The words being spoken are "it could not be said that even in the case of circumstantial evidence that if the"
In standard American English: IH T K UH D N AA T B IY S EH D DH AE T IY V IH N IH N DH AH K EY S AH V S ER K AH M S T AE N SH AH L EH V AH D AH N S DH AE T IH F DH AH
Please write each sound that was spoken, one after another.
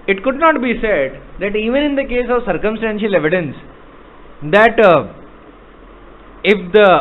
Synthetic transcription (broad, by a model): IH T K UH D N AA T B IY S EH D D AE T IY V IH N IH N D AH K EY S AH V S ER K AH M S T AE N SH AH L EH V AH D AH N S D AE T IH F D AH